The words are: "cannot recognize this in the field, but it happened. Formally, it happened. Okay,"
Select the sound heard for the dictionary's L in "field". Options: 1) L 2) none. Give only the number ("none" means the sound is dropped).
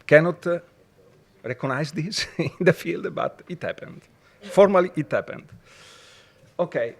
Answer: 1